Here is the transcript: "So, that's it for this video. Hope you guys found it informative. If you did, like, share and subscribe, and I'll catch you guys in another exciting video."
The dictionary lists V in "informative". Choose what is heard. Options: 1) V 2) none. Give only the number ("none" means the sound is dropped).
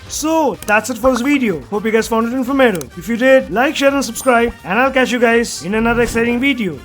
2